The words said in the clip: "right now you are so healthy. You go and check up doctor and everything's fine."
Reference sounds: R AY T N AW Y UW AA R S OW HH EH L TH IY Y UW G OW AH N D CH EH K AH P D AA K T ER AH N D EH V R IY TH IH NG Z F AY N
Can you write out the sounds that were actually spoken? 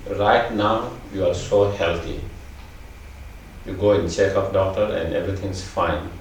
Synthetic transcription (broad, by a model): R AY T N AW Y UW AA R S OW HH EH L T IY Y UW G OW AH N CH EH K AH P D AA K T ER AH N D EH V R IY T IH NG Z F AY N